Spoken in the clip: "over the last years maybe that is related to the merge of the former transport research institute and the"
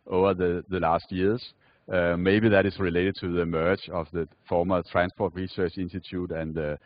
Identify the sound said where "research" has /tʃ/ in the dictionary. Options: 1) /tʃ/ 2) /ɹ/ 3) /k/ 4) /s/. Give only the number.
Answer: 1